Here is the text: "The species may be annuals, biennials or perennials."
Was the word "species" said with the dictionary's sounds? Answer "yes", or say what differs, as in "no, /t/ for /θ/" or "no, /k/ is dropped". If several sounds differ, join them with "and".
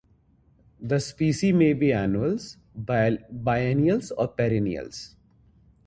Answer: no, /z/ is dropped